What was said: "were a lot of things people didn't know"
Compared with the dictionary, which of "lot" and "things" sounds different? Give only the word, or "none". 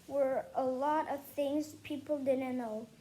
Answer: none